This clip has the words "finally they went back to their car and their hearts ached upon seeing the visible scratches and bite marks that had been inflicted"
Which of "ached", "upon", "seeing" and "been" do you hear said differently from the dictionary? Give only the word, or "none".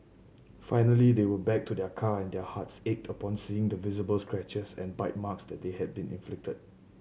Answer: none